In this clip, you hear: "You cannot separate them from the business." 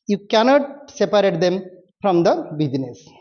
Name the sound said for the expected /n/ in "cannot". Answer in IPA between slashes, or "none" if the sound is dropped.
/n/